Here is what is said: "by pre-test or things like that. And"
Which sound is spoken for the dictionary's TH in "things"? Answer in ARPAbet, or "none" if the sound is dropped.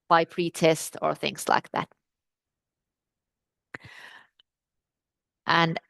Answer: TH